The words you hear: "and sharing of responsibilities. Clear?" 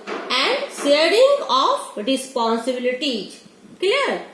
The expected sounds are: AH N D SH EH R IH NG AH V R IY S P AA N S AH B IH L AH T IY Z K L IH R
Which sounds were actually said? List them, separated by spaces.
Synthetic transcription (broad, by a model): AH N D S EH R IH NG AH F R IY S P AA N S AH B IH L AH T IY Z K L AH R